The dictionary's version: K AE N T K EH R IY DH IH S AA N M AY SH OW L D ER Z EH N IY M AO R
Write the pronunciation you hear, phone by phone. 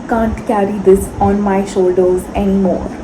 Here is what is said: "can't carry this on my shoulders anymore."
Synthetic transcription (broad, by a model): K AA N T K EH R IY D IH S AA N M AY SH OW L D ER Z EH N IY M AO R